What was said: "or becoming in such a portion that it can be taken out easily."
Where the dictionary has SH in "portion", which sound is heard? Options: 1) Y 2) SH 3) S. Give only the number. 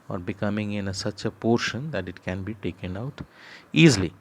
2